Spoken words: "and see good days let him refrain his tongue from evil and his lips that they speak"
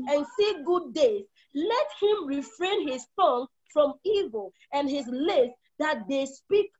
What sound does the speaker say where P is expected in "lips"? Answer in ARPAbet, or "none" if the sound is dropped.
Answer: none